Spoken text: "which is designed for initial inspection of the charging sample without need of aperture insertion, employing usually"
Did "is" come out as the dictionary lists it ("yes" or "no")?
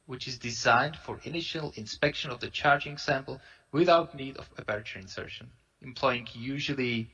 yes